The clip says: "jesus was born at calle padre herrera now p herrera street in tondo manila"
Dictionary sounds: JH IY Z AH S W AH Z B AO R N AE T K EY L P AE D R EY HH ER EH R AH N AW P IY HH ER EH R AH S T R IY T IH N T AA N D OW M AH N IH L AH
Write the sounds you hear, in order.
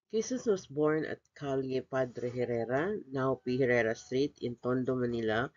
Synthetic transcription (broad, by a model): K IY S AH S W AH S B AO R N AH T K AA L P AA D R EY HH ER EH R AH N AW P IY HH ER EH R AH S T R IY T IH N T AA N D OW M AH N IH L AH